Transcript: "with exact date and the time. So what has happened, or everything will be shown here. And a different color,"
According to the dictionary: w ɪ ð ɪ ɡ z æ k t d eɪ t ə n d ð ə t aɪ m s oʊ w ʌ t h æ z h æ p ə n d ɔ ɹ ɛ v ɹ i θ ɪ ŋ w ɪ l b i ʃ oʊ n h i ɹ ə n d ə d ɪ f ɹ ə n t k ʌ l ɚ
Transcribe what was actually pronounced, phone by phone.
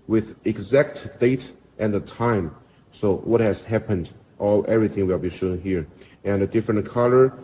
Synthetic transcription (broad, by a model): w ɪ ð ɪ ɡ z æ k t d eɪ t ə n ð ə t aɪ m s oʊ w ʌ t h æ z h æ p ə n d ɔ l ɛ v ɹ i θ ɪ ŋ w ɪ l b i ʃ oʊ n h i ɹ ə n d ə d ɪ f ɹ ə n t k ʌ l ɚ